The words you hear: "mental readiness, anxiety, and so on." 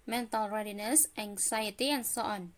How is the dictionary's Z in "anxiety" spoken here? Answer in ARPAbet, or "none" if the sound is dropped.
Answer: S